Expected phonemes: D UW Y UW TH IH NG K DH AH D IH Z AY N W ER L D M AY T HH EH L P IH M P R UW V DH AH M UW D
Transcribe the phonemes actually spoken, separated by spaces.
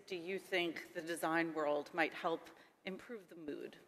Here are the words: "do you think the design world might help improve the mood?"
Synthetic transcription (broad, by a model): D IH Y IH TH IH NG K DH AH D IH Z AY N W ER L D M AY T HH EH L P IH M P R UW V DH AH M UW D